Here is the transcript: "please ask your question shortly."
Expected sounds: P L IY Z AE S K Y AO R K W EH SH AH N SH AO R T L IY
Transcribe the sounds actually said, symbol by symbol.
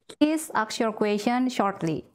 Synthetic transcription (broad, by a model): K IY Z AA K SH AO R K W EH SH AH N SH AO R T L IY